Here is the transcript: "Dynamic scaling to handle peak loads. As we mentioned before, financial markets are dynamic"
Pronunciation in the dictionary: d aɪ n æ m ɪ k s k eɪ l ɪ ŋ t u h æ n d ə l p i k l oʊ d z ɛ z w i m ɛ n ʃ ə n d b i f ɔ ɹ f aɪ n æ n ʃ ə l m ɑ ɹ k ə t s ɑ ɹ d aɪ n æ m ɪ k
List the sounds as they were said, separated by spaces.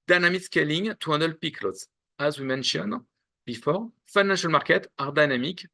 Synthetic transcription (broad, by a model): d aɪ n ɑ m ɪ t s k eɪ l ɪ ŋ t u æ n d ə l p i k l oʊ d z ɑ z w i m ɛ n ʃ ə n b i f ɔ ɹ f aɪ n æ n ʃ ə l m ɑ ɹ k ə t ɑ ɹ d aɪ n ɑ m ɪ k